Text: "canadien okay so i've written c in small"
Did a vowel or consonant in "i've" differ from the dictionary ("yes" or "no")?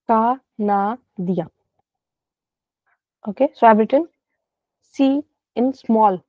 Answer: yes